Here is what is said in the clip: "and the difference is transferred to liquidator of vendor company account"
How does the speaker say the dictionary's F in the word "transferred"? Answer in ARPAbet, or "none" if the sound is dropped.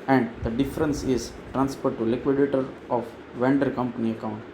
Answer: P